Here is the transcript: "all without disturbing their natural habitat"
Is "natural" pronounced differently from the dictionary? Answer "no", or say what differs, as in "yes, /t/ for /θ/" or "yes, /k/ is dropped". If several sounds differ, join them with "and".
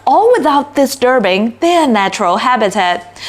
no